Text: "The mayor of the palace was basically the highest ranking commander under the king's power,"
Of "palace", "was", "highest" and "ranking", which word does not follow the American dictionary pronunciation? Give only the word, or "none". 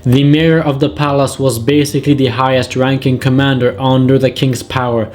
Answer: none